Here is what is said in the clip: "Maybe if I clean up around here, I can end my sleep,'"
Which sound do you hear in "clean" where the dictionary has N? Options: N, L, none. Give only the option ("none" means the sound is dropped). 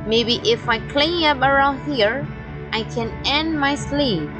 none